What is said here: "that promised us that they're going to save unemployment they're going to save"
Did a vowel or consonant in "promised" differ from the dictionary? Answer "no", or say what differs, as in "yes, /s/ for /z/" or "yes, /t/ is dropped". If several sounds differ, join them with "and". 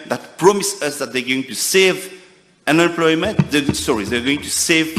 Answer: yes, /t/ is dropped